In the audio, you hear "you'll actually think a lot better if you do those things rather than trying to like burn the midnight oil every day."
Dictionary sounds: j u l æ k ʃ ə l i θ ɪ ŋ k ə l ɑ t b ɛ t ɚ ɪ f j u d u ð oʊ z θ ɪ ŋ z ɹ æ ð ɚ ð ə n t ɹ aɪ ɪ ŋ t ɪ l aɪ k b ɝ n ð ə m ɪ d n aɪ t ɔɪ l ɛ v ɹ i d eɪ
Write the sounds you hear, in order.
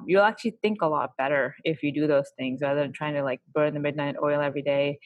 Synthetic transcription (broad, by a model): j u l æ k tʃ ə l i θ ɪ ŋ k ə l ɑ t b ɛ t ɚ ɪ f j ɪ d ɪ ð oʊ z θ ɪ ŋ z ɹ æ ð ɚ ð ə n t ɹ aɪ ɪ ŋ t ɪ l aɪ k b ɝ n ð ə m ɪ d n aɪ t ɔɪ l ɛ v ɹ i d eɪ